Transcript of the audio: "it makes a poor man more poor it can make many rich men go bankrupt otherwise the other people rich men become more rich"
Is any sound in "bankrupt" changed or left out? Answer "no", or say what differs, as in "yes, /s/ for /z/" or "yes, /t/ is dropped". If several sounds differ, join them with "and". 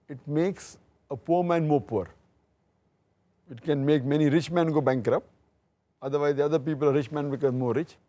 yes, /t/ is dropped